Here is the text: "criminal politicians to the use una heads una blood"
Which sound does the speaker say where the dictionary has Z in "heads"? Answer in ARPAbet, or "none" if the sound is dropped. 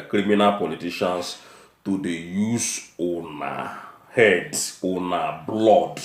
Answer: none